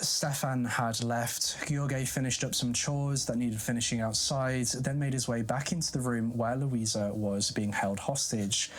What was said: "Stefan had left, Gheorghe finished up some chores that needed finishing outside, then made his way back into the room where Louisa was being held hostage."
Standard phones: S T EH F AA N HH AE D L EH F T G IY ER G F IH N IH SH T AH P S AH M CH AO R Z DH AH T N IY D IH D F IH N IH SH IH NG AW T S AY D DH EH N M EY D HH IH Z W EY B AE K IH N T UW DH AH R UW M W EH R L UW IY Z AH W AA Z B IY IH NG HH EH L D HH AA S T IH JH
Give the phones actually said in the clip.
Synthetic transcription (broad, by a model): S T EH F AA N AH D L EH F T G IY G F IH N IH SH T AH P S AH M CH AO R Z DH AH T N IY D IH D F IH N IH SH IH NG AW T S AY D DH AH N M EY D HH IH Z W EY B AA K IH N T UW DH AH R UW M W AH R L UW IY Z AH W AA Z B IY IH NG HH EH L D HH AA S T IH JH